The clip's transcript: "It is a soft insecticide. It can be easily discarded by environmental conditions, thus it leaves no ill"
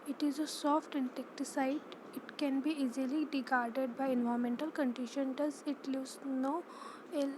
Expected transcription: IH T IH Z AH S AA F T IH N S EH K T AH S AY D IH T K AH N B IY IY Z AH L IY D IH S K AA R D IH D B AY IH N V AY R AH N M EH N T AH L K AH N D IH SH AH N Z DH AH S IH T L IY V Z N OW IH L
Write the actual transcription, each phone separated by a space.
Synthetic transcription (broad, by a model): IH T IH Z AH S AA F T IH N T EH K T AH S AY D IH T K AH N B IY IY Z AH L IY D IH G AA R D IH D B AY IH N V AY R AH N M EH N T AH L K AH N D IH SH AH N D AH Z IH T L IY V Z N OW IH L